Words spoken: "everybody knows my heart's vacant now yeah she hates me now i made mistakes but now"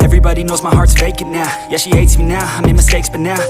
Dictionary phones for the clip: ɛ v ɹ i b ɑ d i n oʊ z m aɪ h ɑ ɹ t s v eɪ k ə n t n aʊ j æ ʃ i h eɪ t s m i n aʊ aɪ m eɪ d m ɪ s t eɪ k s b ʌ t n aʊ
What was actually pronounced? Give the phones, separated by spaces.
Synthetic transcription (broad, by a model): ɛ v ɹ i b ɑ d i n oʊ z m aɪ h ɑ ɹ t v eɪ k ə t n aʊ j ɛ ʃ i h eɪ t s m i n aʊ aɪ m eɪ m ɪ s t eɪ k s b ʌ t n aʊ